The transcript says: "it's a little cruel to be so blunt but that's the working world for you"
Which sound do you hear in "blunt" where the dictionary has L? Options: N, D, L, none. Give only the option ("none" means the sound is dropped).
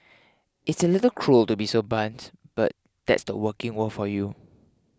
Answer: none